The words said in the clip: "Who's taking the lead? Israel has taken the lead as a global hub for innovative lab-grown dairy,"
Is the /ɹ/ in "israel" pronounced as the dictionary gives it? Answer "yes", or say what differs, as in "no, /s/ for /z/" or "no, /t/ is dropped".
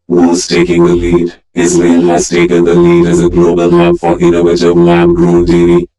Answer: no, /l/ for /ɹ/